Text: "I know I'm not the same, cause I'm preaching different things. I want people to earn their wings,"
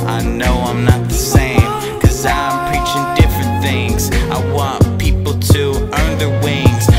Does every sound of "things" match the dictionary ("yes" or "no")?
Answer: yes